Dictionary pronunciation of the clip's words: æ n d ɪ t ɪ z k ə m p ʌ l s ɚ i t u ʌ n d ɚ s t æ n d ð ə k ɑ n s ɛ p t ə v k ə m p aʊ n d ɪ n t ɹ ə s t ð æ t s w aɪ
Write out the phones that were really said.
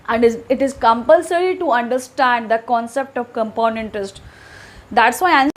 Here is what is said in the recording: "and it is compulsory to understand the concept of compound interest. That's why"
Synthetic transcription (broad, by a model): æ n d ɪ t ɪ z k ə m p ʌ l s ɚ i t u ʌ n d ɚ s t æ n d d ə k ɑ n s ɛ p t ə v k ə m p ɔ n ɪ n t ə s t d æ t s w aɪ